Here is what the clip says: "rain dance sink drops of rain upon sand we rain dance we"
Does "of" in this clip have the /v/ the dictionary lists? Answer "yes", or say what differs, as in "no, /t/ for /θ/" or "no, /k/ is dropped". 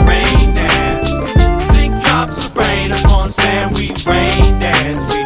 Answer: no, /b/ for /v/